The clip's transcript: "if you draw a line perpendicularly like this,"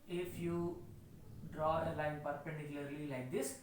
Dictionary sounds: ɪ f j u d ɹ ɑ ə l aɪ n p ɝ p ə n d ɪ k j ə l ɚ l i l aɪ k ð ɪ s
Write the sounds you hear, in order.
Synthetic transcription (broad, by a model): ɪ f j u d ɹ ɑ ə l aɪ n p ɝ p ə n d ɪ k j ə l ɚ l i l aɪ k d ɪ s